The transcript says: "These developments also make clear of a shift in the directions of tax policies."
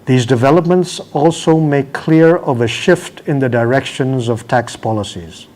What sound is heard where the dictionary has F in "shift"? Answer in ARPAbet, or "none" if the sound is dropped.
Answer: F